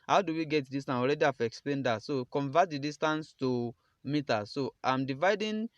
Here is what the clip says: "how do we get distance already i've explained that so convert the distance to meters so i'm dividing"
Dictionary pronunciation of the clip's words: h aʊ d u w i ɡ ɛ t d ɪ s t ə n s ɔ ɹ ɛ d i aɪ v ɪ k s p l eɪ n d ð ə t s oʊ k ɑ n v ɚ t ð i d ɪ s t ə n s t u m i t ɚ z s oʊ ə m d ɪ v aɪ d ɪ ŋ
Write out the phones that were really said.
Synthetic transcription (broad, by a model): h aʊ d u w i ɡ ɛ t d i s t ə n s ɔ ɹ ɛ d i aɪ f ɪ k s p l eɪ n d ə t s oʊ k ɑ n v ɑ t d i d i s t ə n s t u m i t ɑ s oʊ ə m d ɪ v aɪ d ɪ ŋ